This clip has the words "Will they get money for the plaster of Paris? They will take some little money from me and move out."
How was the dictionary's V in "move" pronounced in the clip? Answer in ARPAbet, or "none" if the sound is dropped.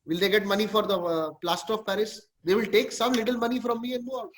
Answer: none